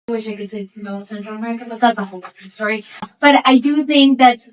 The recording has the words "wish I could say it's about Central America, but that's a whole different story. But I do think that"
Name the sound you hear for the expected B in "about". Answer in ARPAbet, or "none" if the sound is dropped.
none